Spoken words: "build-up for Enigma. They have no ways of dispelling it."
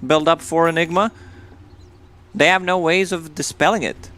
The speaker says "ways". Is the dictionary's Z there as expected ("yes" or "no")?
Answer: yes